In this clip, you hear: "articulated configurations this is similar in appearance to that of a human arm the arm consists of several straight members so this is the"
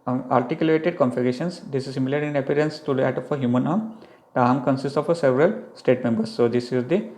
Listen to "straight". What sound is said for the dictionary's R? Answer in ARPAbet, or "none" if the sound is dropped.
none